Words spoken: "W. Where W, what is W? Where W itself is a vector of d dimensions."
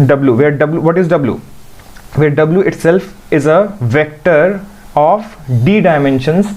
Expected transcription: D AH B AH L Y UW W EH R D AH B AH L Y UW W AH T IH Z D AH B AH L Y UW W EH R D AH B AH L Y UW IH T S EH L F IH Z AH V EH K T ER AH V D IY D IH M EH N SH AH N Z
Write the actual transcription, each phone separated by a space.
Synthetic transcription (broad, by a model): D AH B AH L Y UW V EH R D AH B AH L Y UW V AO T IH Z D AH B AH L Y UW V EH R D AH B L Y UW IH T S EH L F IH Z AH V EH K T ER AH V D IY D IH M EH N SH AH N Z